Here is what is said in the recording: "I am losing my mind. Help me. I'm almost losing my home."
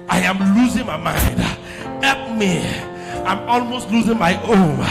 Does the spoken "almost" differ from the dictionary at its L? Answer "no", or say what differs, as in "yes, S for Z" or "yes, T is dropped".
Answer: no